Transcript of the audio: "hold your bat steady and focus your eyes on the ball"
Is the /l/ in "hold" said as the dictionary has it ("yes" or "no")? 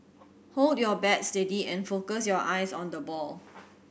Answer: yes